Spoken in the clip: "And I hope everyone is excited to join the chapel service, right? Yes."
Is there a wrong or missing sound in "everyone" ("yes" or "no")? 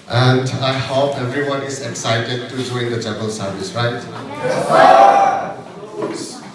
no